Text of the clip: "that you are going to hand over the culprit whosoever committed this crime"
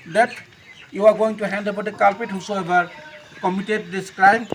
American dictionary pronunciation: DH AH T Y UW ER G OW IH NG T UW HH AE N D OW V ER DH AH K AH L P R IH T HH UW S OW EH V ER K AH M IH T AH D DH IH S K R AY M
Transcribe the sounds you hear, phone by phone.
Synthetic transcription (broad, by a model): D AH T Y UW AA G OW IH NG T UW HH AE N D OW B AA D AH K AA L P IH T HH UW S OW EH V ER K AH M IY T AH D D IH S K R AY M